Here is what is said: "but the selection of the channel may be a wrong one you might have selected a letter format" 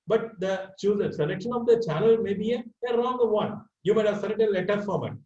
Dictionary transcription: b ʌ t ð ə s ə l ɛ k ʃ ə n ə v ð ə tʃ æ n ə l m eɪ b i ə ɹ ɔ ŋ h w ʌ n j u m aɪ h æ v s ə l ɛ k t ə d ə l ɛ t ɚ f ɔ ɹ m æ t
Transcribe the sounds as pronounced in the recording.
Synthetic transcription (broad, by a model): b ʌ t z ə s ə l ɛ k ʃ ə n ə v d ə tʃ æ n ə l m eɪ b i ə ɹ ɔ ŋ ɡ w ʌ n j u m aɪ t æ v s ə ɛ t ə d ə l ɛ t ɚ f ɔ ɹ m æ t